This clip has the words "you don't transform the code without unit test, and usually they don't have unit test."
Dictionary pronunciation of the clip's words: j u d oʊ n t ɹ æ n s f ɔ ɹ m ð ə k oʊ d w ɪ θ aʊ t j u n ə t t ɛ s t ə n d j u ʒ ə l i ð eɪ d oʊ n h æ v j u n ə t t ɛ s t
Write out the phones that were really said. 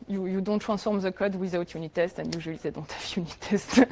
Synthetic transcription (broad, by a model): j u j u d t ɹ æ s f ɔ ɹ m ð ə k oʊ d w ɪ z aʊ t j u n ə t t ɛ s t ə n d j u ʒ ə l i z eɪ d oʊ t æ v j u n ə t t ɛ s t